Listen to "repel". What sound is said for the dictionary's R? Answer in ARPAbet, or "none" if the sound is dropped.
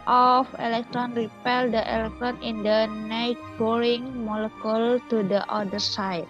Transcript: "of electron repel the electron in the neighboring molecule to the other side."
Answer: R